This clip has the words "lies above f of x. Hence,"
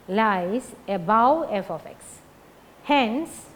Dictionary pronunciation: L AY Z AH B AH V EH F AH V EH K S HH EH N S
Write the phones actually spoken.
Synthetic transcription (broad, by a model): L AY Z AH B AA W EH F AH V EH K S HH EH N S